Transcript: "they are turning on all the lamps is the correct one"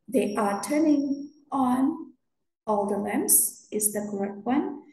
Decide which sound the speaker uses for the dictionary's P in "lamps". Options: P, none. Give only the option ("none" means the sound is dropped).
none